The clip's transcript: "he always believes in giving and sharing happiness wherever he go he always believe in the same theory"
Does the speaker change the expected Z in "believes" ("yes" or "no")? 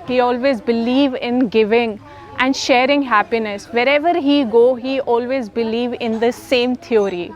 yes